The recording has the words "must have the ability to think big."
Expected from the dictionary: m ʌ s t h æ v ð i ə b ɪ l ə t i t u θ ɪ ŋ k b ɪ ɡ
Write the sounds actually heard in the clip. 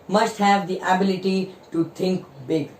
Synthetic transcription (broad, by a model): m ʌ s t h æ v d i ə b ɪ l ə t i t u t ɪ ŋ k b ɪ ɡ